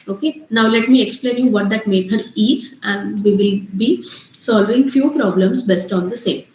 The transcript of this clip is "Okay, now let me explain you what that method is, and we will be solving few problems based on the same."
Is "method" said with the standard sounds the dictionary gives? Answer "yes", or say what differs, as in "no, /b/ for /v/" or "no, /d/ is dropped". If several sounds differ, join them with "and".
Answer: no, /t/ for /θ/